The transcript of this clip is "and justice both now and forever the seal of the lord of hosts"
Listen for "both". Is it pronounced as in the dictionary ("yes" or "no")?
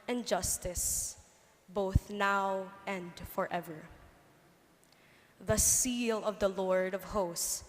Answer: yes